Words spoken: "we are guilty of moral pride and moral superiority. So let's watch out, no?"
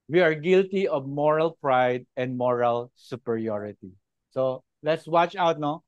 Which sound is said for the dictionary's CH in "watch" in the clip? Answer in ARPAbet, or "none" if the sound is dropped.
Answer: CH